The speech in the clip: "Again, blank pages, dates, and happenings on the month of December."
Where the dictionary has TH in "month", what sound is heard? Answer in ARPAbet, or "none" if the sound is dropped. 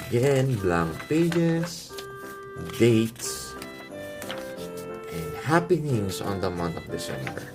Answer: T